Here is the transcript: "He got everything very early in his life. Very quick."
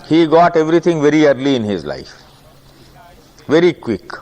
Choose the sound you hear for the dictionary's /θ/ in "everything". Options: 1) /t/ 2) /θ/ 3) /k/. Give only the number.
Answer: 1